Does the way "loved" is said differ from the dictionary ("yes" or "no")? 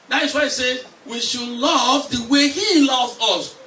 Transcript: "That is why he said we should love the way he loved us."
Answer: yes